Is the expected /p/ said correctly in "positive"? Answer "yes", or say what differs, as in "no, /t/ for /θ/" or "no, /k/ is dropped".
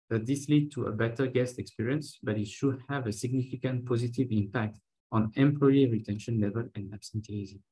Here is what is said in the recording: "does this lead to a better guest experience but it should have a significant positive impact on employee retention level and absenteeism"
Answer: yes